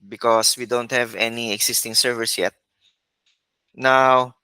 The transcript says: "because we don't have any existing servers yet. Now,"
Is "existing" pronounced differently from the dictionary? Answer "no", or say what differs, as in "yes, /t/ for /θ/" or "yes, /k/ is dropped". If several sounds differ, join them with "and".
yes, /s/ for /z/